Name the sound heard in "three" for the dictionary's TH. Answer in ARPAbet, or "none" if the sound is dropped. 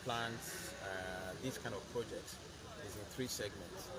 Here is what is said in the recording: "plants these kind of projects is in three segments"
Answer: TH